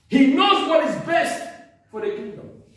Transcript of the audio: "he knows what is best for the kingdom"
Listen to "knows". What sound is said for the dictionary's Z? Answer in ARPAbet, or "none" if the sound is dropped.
Z